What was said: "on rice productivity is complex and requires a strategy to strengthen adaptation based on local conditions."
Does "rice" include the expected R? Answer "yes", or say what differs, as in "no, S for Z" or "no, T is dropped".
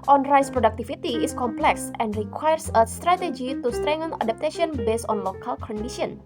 yes